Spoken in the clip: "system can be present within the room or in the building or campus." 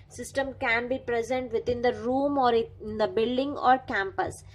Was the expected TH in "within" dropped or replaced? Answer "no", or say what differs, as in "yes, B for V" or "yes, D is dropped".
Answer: yes, T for TH